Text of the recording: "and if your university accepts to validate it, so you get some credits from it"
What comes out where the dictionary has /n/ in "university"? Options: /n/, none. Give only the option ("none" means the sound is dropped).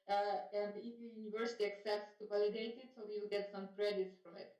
/n/